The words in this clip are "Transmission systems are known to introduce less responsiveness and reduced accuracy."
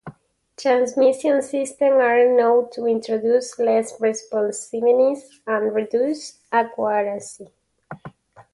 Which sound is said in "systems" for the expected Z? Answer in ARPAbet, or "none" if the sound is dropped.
none